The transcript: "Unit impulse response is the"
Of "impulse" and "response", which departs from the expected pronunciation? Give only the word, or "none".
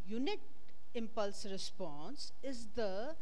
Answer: none